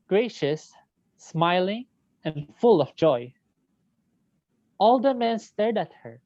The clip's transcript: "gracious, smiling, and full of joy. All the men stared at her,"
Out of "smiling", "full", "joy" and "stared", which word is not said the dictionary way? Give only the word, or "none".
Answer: none